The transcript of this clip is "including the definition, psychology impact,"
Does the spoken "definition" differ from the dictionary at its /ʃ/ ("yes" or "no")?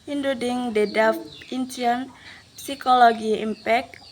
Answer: yes